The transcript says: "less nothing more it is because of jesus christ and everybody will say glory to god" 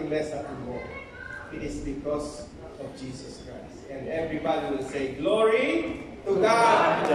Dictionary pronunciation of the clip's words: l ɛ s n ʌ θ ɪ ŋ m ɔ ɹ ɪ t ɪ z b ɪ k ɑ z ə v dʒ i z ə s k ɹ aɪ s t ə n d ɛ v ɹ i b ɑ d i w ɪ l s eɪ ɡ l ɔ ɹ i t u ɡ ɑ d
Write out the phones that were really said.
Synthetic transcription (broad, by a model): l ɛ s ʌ t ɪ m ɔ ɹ ɪ t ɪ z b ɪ k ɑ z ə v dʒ i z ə s k ɹ aɪ s t ə n d ɛ v ɹ i b ɑ d i w ɪ l s eɪ ɡ l ɔ ɹ i t u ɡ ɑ